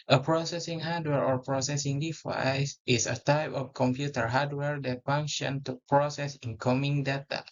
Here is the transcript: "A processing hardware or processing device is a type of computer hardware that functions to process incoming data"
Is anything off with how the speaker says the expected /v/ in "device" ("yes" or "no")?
yes